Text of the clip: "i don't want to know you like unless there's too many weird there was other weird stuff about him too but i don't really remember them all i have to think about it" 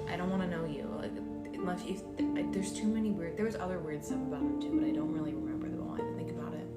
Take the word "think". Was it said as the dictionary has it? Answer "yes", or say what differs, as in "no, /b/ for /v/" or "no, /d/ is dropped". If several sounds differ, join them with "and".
yes